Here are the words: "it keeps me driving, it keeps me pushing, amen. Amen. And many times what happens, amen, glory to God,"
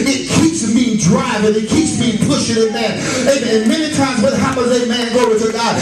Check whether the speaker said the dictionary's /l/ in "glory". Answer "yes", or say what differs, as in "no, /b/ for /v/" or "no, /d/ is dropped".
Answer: no, /l/ is dropped